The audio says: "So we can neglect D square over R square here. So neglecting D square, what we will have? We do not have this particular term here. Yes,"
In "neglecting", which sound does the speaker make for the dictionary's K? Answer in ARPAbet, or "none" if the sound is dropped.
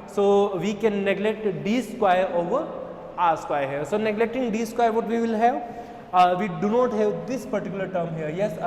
K